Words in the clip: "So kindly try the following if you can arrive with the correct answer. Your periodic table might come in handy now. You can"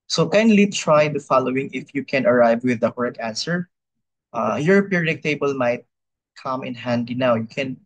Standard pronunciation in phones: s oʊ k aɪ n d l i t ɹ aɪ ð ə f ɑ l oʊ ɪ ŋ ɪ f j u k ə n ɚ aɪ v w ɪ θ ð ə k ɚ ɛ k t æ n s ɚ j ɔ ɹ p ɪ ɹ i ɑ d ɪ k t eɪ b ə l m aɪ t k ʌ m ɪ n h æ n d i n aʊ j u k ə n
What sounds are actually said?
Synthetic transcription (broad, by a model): s oʊ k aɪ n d l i t ɹ aɪ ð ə f ɑ l oʊ ɪ ŋ ɪ f j u k ə n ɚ aɪ v w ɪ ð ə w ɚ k æ n s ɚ j ɔ ɹ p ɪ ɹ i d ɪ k t eɪ b ə l m aɪ t k ʌ m ɪ n h æ n d i n aʊ j u k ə n